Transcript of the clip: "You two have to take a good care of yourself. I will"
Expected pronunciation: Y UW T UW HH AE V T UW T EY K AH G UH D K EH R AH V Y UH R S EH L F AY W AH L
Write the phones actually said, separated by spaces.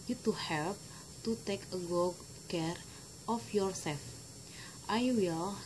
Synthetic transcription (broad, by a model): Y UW T UW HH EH P T UW T EY K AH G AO K EH R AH F Y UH R S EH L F AY W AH L